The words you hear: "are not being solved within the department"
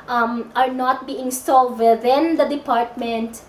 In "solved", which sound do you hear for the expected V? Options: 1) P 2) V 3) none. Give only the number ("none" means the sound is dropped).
3